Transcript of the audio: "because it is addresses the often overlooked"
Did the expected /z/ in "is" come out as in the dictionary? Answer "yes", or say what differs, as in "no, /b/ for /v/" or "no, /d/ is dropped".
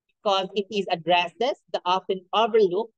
yes